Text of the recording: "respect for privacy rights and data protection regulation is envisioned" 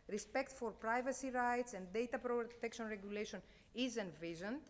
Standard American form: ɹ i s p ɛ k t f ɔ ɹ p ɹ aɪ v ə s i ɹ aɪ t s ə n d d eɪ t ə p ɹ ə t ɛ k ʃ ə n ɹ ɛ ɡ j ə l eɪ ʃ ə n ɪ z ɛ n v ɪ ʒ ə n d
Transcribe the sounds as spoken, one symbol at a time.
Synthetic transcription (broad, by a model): ɹ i s p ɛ k t f ɔ ɹ p ɹ aɪ v ə s i ɹ aɪ t s ə n d d eɪ t ə p ɹ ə t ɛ k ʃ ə n ɹ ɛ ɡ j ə l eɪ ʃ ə n ɪ z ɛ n v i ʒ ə n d